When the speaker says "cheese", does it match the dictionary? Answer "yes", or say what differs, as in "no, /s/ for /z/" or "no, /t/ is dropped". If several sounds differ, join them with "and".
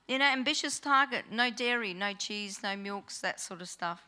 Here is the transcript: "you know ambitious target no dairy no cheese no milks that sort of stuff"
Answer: yes